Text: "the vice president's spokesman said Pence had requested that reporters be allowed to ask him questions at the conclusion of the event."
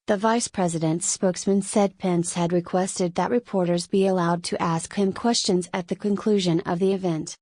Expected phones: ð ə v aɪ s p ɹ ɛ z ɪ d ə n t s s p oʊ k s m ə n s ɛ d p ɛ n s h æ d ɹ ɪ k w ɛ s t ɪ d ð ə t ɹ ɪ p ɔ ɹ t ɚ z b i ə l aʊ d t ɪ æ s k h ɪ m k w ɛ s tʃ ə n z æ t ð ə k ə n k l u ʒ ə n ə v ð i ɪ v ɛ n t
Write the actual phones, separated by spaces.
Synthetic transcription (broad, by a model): ð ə v aɪ s p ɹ ɛ z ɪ d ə n t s s p oʊ k s m ə n s ɛ d p ɛ n s h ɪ d ɹ ɪ k w ɛ s t ɪ d ð ə t ɹ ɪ p ɔ ɹ t ɚ z b i ə l aʊ d t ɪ æ s k h ɪ m k w ɛ s tʃ ə n z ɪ t ð ə k ə n k l u ʒ ə n ə v ð i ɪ v ɛ n t